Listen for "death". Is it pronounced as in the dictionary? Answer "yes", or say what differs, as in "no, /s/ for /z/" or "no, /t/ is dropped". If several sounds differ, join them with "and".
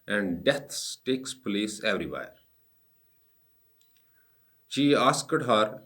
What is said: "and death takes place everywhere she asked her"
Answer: no, /s/ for /θ/